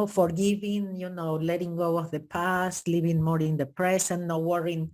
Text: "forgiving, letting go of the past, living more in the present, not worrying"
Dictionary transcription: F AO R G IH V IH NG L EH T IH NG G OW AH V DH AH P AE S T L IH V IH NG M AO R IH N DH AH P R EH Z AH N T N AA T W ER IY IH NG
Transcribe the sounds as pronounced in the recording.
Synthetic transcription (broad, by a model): F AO R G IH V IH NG L EH T IH NG G OW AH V DH AH P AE S T L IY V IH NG M AO R IH N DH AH P R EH S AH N N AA W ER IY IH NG